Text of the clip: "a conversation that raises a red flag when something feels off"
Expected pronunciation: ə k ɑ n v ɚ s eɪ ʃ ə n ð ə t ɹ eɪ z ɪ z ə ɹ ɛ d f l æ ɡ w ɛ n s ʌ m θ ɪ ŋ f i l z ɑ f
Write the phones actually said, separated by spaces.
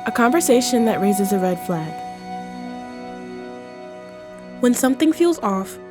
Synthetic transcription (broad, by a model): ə k ɑ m v ɚ s eɪ ʃ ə n ð ə t ɹ eɪ z ɪ z ə ɹ ɛ d f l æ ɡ w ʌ n s ʌ m θ ɪ ŋ f i l z ɑ f